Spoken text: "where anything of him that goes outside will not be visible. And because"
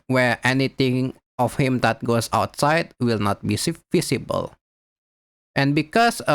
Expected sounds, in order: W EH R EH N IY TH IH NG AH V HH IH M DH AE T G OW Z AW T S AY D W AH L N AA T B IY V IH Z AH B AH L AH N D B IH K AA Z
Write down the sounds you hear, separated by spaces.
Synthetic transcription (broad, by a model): W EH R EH N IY T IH NG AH F HH IH M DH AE T G OW S AW T S AY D W AH L N AA T B IY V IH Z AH B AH L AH N B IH K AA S